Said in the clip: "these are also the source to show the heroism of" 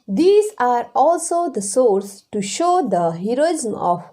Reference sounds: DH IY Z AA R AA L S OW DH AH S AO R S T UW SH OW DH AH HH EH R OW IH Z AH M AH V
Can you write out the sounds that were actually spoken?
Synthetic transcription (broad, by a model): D IY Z AA R AA L S OW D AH S AO R S T UW SH OW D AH HH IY R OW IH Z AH M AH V